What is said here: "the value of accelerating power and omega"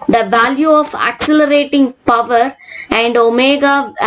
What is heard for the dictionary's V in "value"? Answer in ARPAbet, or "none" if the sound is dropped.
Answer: V